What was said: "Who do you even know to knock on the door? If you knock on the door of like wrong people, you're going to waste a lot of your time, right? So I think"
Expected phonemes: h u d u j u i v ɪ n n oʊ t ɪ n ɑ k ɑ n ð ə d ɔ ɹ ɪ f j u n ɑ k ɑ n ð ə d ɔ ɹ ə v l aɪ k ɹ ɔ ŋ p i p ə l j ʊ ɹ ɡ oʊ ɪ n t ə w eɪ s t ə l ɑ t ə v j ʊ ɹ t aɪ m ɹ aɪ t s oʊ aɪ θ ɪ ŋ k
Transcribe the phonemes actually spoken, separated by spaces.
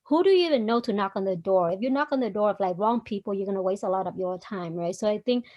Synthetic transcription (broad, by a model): h u d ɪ j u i v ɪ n n oʊ t ɪ n ɑ k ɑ n ð ə d ɔ ɹ ɪ f j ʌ n ɑ k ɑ n ð ə d ɔ ɹ ə v l aɪ k ɹ ɔ ŋ p i p l j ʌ ɹ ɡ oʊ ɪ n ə w eɪ s t ə l ɑ t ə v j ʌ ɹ t aɪ m ɹ aɪ t s oʊ aɪ θ ɪ ŋ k